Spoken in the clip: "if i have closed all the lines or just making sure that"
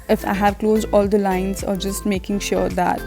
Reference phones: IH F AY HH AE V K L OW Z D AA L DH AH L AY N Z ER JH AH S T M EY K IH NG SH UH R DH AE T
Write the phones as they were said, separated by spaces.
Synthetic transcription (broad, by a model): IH F AY HH AE V K L OW Z D AA L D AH L AY N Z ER JH AH S T M EY K IH NG SH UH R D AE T